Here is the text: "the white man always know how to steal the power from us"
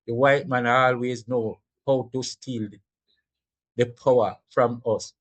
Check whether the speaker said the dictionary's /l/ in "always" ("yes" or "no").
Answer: yes